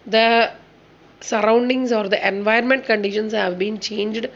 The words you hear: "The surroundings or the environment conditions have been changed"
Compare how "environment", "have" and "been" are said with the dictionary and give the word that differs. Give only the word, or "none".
environment